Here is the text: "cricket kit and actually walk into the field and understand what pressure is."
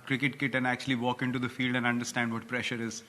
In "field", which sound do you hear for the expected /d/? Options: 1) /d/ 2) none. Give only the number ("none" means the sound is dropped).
1